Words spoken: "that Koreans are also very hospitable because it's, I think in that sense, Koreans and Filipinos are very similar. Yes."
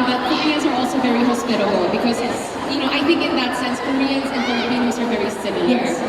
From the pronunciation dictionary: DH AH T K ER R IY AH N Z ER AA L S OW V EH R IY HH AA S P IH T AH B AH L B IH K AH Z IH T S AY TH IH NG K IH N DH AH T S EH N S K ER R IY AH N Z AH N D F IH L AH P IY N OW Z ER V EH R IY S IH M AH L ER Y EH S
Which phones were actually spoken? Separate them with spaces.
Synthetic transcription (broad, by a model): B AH T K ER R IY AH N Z ER AA L S OW V EH R IY HH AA S P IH T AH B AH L B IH K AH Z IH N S AY TH IH NG K IH N DH AH T S EH N S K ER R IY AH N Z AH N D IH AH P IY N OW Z ER V EH R IY S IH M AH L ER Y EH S